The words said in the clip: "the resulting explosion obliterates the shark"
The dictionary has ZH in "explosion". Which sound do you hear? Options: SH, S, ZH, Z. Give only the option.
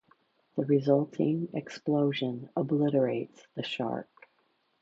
ZH